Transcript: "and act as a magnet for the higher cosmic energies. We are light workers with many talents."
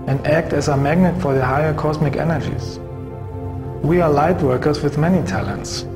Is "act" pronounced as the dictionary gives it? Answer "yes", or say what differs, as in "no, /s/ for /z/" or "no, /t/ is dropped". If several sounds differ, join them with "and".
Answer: yes